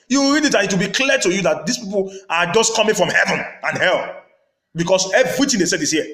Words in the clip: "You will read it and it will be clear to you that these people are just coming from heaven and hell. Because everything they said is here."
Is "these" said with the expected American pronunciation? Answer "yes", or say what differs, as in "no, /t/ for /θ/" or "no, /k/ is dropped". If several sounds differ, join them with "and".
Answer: no, /s/ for /z/